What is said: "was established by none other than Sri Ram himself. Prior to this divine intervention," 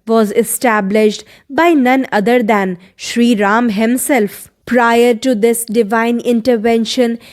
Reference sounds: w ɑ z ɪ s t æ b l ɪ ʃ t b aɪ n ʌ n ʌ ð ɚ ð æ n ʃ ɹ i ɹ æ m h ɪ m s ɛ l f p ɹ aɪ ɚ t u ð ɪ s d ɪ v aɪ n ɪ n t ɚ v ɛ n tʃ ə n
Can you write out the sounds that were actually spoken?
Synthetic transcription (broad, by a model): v ɑ z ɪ s t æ b l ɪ ʃ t b aɪ n ʌ n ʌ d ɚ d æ n ʃ ɹ i ɹ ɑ m h ɪ m s ɛ l f p ɹ aɪ ɚ t u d ɪ s d ɪ v aɪ n ɪ n t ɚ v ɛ n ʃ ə n